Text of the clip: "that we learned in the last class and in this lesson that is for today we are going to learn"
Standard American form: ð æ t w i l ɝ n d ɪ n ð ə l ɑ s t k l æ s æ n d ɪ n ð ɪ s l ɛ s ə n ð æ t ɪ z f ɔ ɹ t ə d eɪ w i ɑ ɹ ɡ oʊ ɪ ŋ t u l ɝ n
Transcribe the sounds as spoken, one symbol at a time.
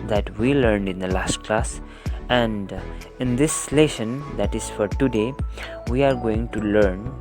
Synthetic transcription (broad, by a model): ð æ t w i l ɝ n d ɪ n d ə l ɑ s t k l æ s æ n d ɪ n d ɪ s l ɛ ʃ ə n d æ t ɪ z f ɔ ɹ t ə d eɪ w i ɑ ɹ ɡ oʊ ɪ ŋ t u l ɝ n